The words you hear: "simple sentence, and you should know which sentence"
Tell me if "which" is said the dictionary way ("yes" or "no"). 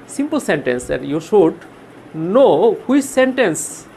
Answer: no